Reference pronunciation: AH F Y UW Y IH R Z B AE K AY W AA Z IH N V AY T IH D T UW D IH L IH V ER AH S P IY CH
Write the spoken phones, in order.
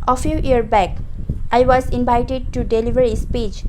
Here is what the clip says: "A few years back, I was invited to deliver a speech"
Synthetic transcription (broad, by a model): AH F Y UW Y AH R B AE K AY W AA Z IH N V AY T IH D T UW D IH L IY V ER AH S P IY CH